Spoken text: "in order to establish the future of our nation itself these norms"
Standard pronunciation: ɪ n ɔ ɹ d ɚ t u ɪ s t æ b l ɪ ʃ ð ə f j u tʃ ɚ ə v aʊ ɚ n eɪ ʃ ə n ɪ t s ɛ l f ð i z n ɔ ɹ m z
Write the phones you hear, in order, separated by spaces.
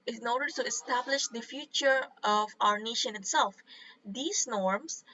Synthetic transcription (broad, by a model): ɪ n ɔ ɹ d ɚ t u ɪ s t æ b l ɪ ʃ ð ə f j u tʃ ɚ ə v aʊ ɚ n eɪ ʃ ə n ɪ t s ɛ l f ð i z n ɔ ɹ m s